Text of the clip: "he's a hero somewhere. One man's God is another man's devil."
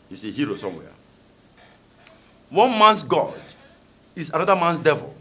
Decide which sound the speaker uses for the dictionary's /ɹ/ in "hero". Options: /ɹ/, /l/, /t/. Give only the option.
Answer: /ɹ/